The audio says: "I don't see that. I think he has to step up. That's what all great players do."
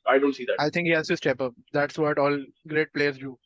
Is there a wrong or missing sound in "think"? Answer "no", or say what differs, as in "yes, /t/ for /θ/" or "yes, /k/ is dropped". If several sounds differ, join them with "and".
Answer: yes, /t/ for /θ/